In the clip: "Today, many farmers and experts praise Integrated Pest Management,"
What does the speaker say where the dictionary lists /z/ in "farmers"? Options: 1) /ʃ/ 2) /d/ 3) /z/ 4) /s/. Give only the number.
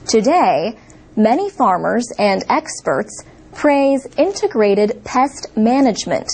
3